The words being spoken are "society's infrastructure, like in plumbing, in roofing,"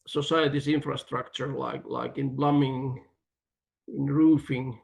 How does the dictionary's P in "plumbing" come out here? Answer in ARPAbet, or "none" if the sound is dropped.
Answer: B